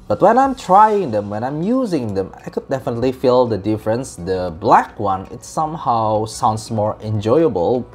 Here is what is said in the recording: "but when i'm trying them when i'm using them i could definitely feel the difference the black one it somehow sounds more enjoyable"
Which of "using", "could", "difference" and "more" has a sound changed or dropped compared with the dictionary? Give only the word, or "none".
none